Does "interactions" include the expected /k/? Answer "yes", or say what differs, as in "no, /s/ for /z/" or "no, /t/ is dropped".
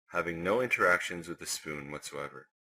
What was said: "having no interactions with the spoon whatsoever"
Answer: yes